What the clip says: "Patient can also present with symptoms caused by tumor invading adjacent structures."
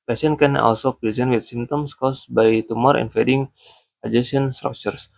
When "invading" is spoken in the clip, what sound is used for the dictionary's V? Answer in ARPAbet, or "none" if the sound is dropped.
F